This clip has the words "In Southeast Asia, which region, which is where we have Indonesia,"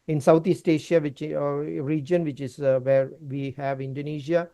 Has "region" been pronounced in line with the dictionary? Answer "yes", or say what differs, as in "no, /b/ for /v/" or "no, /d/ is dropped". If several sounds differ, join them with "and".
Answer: yes